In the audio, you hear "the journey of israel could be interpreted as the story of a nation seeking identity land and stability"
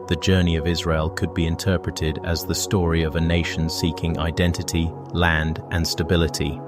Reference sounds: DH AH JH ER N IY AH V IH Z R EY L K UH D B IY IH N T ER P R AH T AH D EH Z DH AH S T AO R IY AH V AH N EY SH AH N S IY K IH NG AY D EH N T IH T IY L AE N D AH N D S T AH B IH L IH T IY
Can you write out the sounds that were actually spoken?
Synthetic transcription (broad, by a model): DH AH JH ER N IY AH V IH Z R EY L K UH D B IY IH N T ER P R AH T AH D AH Z DH AH S T AO R IY AH V AH N EY SH AH N S IY K IH NG AY D EH N T IH T IY L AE N D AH N S T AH B IH L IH T IY